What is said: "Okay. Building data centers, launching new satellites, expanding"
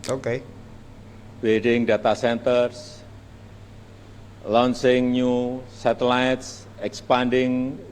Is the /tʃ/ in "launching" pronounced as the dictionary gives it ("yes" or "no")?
no